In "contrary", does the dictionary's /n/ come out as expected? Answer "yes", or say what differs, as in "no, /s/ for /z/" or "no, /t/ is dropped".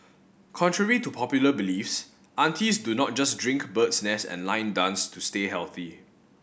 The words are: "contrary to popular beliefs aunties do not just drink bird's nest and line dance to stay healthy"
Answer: yes